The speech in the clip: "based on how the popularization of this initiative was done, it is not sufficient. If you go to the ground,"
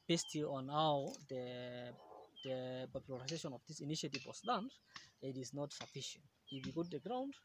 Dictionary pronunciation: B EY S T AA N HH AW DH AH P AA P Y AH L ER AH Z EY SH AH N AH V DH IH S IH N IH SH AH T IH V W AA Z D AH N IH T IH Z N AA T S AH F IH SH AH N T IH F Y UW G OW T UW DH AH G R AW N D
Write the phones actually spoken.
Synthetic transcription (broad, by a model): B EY S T AA N HH AW DH AH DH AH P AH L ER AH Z EY SH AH N AH V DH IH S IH N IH SH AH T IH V W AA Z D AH N IH T IH Z N AA T S AH F IH SH AH N T IH F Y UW G OW T UW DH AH G R AW N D